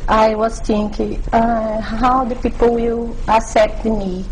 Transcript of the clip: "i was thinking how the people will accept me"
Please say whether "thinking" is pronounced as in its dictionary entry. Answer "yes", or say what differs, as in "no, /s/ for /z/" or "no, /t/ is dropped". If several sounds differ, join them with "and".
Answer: no, /t/ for /θ/